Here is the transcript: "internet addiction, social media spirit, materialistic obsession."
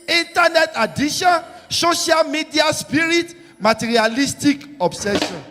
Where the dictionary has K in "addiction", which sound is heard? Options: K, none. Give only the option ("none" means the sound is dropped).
none